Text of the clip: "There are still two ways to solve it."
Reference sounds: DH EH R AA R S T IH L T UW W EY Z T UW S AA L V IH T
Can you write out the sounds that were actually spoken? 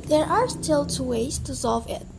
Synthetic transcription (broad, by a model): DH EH R AA R S T IH L T UW W EY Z T UW S AA L V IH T